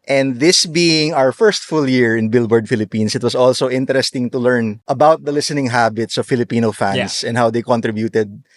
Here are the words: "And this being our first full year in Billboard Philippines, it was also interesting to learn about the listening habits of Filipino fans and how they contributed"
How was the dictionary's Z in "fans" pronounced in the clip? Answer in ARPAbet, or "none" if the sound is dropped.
S